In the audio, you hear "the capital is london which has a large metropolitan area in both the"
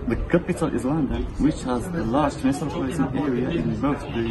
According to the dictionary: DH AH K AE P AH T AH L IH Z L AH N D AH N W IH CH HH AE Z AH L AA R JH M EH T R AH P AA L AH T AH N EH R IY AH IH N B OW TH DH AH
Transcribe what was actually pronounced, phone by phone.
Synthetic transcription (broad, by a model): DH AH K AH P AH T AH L IH Z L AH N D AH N W IH CH HH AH Z AH L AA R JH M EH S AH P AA AH S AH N EH R IY AH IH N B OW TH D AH